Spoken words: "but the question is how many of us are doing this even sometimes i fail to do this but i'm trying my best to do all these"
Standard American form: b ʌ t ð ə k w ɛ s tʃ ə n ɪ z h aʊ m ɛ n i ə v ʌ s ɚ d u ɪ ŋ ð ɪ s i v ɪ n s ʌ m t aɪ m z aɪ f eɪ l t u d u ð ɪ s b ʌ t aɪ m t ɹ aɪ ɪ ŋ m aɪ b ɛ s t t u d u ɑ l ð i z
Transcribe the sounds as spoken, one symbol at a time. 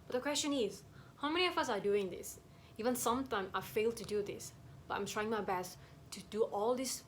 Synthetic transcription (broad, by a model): b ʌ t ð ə k w ɛ s tʃ ə n ɪ z h aʊ m ɛ n i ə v ʌ s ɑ d u ɪ ŋ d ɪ s i v ɪ n s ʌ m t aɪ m aɪ f eɪ l t u d u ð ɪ s b ʌ t aɪ m t ɹ aɪ ɪ ŋ m aɪ b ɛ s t t u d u ɑ l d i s